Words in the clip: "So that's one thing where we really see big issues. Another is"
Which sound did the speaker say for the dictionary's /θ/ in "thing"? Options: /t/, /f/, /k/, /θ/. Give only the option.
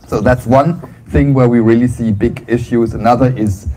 /θ/